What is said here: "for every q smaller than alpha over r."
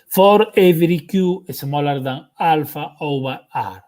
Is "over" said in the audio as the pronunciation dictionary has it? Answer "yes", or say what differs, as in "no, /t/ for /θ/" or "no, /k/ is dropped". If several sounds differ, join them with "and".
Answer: no, /b/ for /v/